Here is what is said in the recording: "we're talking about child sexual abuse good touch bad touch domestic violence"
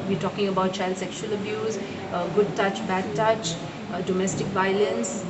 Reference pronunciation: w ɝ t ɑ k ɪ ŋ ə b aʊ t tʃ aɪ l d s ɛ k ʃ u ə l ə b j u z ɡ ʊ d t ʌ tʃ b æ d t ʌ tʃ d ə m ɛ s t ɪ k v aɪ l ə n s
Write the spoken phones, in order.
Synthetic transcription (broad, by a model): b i t ɑ k ɪ ŋ ə b aʊ t tʃ aɪ l d s ɛ k ʃ u ə l ə b j u z ɡ ʊ d t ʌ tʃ b æ d t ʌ tʃ d ə m ɛ s t ɪ k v aɪ l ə n s